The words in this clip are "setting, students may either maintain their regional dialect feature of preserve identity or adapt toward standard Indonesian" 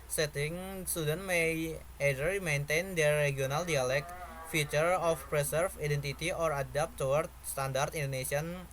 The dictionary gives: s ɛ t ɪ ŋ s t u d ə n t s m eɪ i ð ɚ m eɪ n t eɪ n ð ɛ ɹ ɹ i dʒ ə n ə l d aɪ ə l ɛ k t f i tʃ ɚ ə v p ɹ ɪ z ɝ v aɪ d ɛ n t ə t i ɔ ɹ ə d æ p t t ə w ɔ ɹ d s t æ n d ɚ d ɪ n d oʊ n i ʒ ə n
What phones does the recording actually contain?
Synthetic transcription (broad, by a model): s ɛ t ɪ ŋ s t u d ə n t m eɪ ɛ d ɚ m eɪ n t eɪ n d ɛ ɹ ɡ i ə n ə l d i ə l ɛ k f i tʃ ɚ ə f p ɹ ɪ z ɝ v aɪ d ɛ n t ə t i ɔ ɹ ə d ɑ p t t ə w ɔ ɹ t s t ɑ n d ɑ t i n d oʊ n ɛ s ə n